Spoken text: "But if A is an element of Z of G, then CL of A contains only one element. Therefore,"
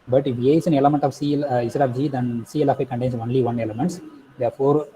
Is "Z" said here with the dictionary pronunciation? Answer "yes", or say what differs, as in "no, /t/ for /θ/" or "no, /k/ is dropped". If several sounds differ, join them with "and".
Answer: no, /s/ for /z/